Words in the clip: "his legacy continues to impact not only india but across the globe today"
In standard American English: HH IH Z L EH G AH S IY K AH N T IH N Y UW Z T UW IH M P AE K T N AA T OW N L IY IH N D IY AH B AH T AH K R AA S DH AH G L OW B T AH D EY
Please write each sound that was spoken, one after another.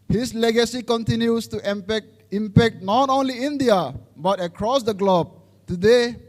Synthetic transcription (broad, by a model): HH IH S L EH G AH S IY K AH N T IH N Y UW S T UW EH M P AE K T N AA T OW N L IY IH N D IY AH B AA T AH K R AA S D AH G L OW B T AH D EY